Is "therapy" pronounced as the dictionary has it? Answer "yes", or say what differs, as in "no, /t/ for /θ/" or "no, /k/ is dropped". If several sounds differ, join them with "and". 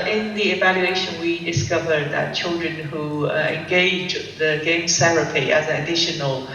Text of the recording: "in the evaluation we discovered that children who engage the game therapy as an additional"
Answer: no, /s/ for /θ/